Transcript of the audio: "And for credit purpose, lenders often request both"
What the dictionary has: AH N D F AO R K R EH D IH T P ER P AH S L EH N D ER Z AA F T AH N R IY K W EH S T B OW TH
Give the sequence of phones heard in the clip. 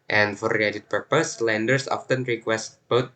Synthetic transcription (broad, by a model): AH N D F AO R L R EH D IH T P ER P AH S L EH N D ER S AA F T AH N R IY K W EH S T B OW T